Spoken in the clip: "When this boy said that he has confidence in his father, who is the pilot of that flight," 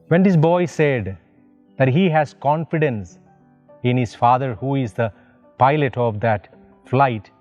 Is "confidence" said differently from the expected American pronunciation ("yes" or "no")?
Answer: no